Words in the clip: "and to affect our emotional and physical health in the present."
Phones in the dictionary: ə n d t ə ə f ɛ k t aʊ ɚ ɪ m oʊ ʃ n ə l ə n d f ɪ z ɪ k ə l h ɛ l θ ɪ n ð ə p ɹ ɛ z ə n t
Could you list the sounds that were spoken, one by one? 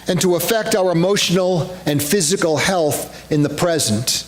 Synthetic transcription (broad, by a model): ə n t ə ə f ɛ k t aʊ ɚ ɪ m oʊ ʃ n l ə n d f ɪ z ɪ k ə l h ɛ l θ ɪ n ð ə p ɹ ɛ z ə n t